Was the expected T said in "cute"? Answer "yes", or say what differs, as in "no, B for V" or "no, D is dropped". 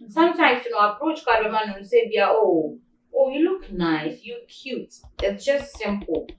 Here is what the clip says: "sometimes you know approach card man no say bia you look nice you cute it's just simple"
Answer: yes